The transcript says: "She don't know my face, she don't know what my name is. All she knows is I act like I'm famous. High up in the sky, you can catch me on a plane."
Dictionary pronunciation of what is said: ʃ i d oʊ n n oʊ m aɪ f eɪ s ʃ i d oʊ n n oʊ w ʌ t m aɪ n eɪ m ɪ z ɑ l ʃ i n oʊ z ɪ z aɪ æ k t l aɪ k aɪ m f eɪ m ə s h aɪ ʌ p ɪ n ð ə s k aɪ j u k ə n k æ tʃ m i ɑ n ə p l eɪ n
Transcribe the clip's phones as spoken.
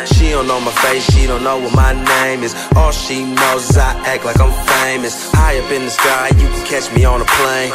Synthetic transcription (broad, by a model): ʃ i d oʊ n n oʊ m aɪ f eɪ s ʃ i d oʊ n n oʊ w ʌ t m aɪ n eɪ m ɪ z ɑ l ʃ i n oʊ z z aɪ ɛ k l aɪ k aɪ m f eɪ m ə s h aɪ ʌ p ɪ n ð ə s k aɪ j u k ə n k æ tʃ m i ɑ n ə p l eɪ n